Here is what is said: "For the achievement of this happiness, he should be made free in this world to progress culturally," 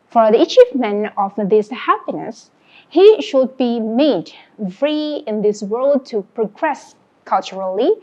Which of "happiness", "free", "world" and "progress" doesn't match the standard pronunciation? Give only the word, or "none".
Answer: none